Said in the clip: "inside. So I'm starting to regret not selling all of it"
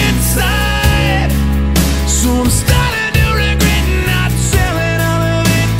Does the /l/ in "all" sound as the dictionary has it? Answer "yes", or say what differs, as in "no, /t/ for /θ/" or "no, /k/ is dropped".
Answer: no, /n/ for /l/